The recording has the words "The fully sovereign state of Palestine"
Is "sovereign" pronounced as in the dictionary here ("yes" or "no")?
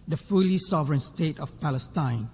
yes